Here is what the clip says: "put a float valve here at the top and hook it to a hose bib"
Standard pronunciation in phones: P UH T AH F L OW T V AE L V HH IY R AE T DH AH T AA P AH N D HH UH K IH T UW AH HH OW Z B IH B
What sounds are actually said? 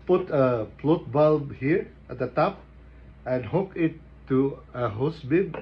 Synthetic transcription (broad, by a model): P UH T AH P L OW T B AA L HH IY R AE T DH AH T AA P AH N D HH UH K IH T UW AH HH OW S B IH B